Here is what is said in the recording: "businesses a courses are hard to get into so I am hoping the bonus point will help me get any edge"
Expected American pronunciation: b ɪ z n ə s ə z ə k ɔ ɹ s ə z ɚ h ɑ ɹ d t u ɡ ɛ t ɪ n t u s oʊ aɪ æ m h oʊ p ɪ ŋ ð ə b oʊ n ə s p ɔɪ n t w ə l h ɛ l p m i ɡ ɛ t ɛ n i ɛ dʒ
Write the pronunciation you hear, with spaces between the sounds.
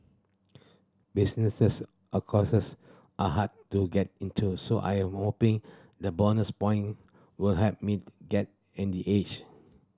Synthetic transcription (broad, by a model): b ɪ s n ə s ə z ə k ɔ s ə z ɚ h ɑ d t u ɡ ɛ t ɪ n t u s oʊ aɪ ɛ m h oʊ p ɪ ŋ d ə b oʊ n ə s p ɔɪ n w ə l h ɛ p m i ɡ ɛ t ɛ n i ɛ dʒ